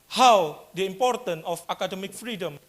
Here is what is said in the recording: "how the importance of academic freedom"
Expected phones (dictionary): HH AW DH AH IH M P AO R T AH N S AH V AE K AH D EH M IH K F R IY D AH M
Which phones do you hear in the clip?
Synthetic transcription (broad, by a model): HH AW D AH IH M P AO R T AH N AH F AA K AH D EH M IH K F R IY D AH M